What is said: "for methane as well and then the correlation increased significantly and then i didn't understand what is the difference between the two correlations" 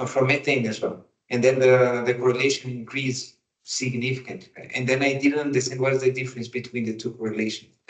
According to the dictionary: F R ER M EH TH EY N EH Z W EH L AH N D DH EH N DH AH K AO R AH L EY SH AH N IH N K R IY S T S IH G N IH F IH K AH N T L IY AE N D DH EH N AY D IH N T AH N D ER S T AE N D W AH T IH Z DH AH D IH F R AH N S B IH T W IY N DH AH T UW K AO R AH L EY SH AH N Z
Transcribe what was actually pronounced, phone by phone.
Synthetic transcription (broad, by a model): F R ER M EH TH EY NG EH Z W EH L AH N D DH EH N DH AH K AO R AH L EY SH AH N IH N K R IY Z S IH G N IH F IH K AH N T IY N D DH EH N AY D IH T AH N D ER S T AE N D W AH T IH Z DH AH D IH F R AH N S B IH T W IY N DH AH T UW K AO R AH L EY SH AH N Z